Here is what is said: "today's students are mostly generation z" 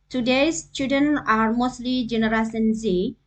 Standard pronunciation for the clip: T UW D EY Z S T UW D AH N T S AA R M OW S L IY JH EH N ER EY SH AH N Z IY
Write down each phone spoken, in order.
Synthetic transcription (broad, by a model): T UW D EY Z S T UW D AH N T AA R M OW S L IY JH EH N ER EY S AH N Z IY